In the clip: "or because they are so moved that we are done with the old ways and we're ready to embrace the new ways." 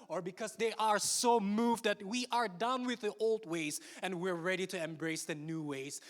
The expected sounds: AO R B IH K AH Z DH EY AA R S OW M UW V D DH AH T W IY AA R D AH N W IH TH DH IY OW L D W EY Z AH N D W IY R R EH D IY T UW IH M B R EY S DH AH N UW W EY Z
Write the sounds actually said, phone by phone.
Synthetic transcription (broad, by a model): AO R B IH K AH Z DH EY AA R S OW M UW V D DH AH T W IY AA R D AH N W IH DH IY OW L D W EY Z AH N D W IY R R EH D IY T UW IH M B R EY S DH AH N UW W EY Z